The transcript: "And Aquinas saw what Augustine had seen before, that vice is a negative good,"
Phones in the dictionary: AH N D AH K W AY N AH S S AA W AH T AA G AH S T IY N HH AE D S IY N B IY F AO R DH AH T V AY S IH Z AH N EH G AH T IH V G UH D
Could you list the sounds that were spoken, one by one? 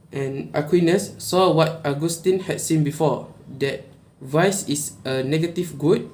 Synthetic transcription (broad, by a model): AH N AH K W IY N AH S S AA W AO T AA G AH S T IY N HH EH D S IY N B IY F AO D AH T V AY S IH S AH N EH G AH T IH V G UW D